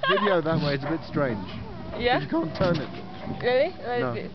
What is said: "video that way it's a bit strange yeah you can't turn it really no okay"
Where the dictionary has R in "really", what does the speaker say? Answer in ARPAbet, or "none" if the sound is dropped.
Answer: L